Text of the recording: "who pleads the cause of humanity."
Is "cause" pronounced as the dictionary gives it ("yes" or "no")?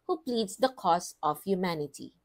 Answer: no